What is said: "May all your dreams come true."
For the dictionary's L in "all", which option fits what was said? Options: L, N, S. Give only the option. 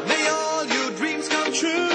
L